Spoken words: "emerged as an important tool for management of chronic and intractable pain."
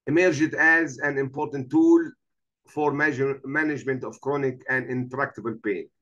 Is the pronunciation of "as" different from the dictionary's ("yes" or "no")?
no